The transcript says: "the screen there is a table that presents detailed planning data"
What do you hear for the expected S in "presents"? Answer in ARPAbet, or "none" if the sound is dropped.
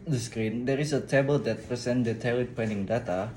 none